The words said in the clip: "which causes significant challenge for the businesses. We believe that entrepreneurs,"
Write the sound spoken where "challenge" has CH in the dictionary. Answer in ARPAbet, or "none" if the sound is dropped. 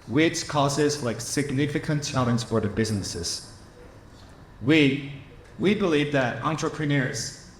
S